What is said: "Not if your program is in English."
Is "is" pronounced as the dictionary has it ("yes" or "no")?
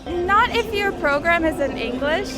yes